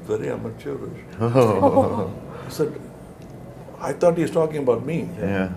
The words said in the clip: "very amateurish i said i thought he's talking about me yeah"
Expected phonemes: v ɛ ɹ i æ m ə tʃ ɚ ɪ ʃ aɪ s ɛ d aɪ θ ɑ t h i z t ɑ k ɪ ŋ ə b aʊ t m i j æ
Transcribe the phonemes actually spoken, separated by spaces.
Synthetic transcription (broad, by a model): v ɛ ɹ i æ m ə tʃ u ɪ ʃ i s ɛ d aɪ t ɑ t h i z t ɑ k ɪ ŋ ə b aʊ t m i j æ